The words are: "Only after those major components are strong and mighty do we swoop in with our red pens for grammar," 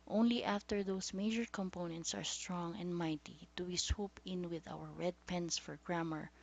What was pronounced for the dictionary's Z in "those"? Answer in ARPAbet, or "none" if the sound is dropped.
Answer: S